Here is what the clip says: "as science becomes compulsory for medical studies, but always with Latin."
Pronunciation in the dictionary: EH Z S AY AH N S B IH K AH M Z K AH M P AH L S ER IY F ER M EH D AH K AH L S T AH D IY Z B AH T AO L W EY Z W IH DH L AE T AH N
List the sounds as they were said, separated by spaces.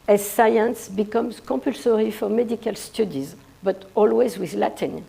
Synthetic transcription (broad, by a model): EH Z S AY AH N S B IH K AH M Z K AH P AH L S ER IY F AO M EH D AH K AH L S T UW D IY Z B AH T AO L W EY Z W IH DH L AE T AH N